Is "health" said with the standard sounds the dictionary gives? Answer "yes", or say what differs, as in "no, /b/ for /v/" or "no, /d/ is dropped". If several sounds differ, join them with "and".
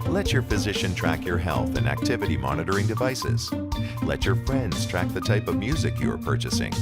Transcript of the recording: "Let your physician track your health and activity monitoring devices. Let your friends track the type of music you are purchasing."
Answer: yes